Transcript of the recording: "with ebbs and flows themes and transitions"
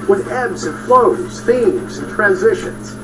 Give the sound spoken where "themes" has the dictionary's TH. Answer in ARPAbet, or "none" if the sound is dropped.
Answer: TH